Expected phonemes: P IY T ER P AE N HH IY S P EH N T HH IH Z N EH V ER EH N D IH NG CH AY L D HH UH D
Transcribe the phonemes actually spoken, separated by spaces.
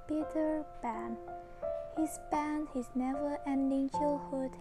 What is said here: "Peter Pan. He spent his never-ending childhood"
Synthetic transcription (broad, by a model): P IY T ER B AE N HH IY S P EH N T HH IH Z N EH V ER EH N D IH NG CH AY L HH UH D